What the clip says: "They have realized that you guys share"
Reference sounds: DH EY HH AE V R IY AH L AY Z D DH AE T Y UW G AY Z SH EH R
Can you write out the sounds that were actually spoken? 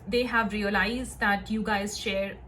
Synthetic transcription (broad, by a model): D EY HH AE V R IY AH L AY Z D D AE T Y UW G AY Z SH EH R